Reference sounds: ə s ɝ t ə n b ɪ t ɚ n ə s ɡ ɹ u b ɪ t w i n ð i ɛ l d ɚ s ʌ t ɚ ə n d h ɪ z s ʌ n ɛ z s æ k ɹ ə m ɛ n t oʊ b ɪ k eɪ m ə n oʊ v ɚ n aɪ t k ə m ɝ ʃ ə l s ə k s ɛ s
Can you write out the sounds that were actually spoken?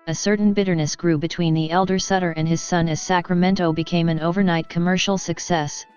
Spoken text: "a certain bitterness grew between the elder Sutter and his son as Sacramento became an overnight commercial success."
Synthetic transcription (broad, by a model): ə s ɝ t n b ɪ t ɚ n ə s ɡ ɹ u b ɪ t w i n ð i ɛ l d ɚ s ʌ t ɚ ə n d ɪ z s ʌ n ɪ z s æ k ɹ ə m ɛ n t oʊ b ɪ k eɪ m ə n oʊ v ɚ n aɪ t k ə m ɝ ʃ l s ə k s ɛ s